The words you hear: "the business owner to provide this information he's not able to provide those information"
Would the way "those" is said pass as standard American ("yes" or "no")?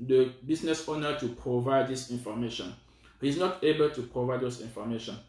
no